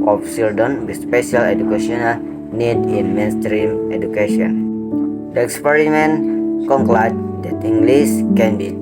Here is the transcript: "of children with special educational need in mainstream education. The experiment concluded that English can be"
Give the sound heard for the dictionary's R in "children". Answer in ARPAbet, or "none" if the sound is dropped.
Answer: none